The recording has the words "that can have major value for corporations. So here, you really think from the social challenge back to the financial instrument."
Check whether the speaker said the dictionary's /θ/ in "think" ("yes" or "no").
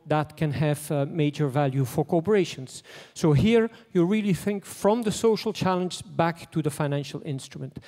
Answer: yes